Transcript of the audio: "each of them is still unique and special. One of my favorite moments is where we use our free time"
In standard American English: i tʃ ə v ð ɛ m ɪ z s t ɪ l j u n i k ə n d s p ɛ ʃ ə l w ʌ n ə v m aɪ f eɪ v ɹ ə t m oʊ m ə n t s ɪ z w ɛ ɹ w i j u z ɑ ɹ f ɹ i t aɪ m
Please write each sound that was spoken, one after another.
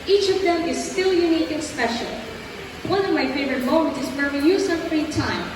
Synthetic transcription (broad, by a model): i tʃ ə v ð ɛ m ɪ z s t ɪ l j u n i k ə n s p ɛ ʃ ə l w ʌ n ə v m aɪ f eɪ v ɹ ə t m oʊ m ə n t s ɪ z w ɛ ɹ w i j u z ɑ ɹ f ɹ i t aɪ m